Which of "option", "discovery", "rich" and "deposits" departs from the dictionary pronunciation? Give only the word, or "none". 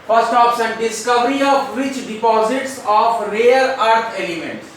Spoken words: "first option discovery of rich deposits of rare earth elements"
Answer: option